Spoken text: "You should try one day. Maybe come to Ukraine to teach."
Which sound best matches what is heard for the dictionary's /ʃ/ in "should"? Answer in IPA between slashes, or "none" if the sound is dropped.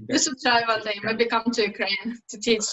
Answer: /s/